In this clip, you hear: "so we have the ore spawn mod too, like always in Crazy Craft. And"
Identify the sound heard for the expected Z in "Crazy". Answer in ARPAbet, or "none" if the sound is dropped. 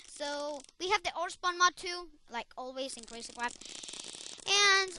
S